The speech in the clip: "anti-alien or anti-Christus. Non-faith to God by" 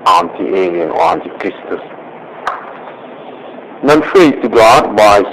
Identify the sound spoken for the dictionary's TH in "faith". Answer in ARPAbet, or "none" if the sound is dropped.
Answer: T